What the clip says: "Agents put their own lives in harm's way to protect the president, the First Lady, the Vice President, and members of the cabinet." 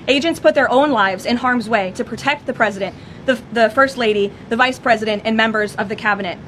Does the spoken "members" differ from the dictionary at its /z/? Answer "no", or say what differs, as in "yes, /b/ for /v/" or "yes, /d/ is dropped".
no